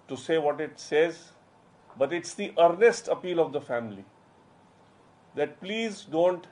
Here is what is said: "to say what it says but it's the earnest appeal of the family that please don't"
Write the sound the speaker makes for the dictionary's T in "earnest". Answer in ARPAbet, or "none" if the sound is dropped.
T